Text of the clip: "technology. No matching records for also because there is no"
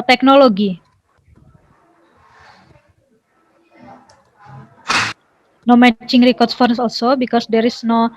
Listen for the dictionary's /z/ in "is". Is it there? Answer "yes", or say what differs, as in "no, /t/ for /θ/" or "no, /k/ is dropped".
no, /s/ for /z/